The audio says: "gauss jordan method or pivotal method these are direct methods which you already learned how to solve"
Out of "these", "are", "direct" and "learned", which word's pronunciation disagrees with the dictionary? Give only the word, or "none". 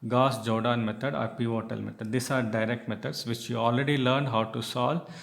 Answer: these